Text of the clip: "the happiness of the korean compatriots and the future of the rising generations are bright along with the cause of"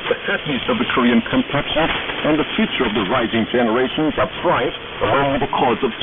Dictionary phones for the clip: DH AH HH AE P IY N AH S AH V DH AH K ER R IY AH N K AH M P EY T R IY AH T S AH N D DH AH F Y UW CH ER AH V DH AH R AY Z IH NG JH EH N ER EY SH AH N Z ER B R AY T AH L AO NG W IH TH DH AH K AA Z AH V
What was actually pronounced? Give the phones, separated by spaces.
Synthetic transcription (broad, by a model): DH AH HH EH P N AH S AH V DH AH K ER R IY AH N K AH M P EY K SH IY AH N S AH N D DH AH F Y UW CH ER AH V DH AH R AY Z IH NG JH EH N ER EY SH AH N Z ER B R AY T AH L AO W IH DH AH K AA Z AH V